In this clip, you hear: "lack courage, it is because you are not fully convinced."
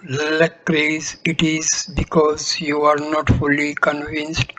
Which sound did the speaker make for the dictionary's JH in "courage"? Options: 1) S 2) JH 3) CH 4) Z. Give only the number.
4